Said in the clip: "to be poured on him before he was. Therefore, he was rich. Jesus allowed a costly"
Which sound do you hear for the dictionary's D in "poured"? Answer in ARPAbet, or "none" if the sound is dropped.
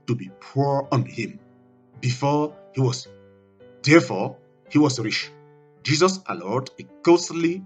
none